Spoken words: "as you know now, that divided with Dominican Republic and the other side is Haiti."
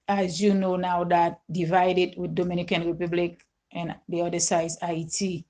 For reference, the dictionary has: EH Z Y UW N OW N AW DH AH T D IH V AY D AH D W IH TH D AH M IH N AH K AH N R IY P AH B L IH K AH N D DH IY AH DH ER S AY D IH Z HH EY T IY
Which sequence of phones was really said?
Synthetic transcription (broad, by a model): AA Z Y UW N OW N AW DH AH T D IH V AY D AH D W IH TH D AH M IH N AH K AH N R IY P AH B L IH K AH N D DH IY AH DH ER S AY IH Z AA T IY